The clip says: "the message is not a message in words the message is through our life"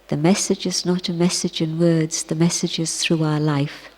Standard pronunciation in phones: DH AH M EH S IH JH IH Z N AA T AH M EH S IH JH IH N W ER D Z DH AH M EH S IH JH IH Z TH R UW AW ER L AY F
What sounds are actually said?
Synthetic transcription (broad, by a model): DH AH M EH S IH JH IH Z N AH T AH M EH S IH JH IH N W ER D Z DH AH M EH S IH JH IH Z TH R UW AW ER L AY F